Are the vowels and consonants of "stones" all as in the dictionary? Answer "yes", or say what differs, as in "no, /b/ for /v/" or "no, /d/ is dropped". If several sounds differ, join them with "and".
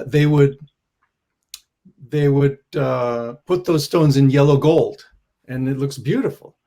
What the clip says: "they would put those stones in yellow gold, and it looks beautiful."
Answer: yes